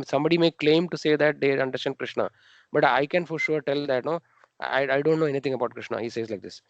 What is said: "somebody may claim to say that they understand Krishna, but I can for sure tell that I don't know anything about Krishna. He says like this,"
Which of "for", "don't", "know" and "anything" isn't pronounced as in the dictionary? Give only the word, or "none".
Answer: anything